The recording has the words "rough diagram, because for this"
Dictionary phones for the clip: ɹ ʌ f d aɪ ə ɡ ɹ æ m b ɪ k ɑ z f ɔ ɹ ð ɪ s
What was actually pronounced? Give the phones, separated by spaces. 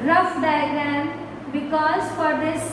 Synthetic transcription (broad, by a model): ɹ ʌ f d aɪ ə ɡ æ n b ɪ k ɑ z f ɔ ɹ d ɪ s